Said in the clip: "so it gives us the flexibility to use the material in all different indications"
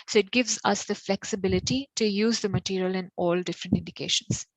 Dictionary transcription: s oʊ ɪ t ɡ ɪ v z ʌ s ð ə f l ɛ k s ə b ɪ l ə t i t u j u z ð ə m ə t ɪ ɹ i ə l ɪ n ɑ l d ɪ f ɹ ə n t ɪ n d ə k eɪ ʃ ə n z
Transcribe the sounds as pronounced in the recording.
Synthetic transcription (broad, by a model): s oʊ ɪ t ɡ ɪ v z ʌ s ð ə f l ɛ k s ə b ɪ l ə t i t u j u z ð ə m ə t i ɹ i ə l ɪ n ɑ l d ɪ f ɹ ə n t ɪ n d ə k eɪ ʃ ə n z